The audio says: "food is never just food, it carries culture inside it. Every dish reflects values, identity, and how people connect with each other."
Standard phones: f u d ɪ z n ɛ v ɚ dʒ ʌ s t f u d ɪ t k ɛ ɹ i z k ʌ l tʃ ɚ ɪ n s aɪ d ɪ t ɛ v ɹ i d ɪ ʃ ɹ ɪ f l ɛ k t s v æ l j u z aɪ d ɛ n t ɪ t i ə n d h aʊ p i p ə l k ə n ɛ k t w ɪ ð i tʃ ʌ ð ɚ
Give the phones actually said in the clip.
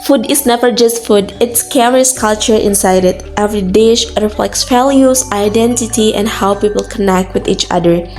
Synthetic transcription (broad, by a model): f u d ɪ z n ɛ v ɚ dʒ ʌ s t f u d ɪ t k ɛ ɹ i s k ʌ l tʃ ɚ ɪ n s aɪ d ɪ t ɛ v ɹ i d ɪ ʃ ɹ ɪ f l ɛ k t s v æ l j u s aɪ d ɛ n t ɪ t i ə n d h aʊ p i p ə l k ə n ɛ k t w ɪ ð i tʃ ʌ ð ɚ